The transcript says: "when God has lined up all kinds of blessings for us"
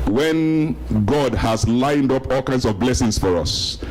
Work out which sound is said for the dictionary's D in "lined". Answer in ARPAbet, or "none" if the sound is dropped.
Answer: D